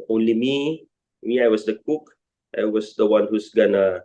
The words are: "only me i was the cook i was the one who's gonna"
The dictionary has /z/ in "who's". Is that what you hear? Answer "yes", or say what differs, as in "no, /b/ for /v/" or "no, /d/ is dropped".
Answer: no, /s/ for /z/